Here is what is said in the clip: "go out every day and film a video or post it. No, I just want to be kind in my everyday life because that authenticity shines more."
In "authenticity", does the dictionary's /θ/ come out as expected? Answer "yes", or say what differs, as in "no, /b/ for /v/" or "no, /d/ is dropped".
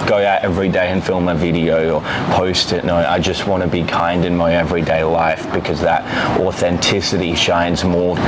yes